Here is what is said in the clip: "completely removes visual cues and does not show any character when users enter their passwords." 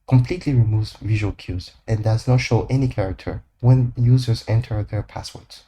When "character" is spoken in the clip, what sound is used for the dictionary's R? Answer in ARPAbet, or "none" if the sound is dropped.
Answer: R